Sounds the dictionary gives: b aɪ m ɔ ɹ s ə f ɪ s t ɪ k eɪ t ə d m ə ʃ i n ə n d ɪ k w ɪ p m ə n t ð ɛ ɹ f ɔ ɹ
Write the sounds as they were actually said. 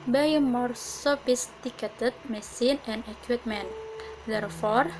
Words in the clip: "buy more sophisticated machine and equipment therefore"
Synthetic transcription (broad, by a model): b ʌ m ɔ ɹ s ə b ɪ s t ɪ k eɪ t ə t m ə s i n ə n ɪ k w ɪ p m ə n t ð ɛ ɹ f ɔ ɹ